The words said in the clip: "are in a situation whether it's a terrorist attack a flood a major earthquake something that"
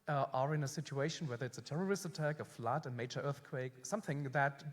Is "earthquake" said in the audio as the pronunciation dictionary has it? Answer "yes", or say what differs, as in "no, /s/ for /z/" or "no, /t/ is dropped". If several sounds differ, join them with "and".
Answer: yes